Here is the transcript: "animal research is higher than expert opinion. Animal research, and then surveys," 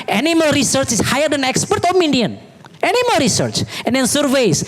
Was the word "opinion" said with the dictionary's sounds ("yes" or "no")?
no